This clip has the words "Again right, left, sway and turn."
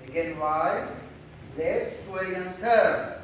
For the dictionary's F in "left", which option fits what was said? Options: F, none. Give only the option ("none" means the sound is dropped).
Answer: none